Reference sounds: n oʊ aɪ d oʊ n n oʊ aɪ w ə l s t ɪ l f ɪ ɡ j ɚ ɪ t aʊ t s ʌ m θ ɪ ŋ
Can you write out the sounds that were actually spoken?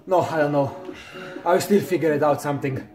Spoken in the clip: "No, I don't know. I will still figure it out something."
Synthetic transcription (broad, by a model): n oʊ aɪ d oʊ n n oʊ aɪ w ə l s t ɪ l f ɪ ɡ j ɚ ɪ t aʊ t s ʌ m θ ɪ ŋ